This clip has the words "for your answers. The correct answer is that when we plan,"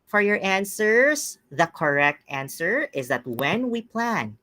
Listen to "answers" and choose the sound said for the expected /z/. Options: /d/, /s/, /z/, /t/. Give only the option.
/s/